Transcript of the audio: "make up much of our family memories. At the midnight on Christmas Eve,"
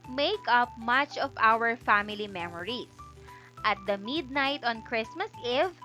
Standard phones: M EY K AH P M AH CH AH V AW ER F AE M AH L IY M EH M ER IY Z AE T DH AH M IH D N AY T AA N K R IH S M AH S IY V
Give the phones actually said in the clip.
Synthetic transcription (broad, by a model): M EY K AH P M AH CH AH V AW ER F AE M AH L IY M EH M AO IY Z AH T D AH M IH D N AY T AA N K R IH S M AH S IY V